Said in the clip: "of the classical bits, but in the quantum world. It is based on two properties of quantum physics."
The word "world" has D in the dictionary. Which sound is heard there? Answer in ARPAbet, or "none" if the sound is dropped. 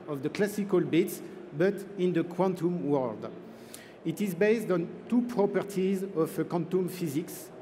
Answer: D